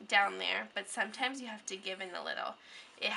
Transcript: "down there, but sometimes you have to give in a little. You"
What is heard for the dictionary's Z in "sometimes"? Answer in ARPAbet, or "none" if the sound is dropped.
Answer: Z